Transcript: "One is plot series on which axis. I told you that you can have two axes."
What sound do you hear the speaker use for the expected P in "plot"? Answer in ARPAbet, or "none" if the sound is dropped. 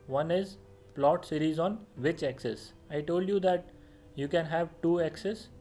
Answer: P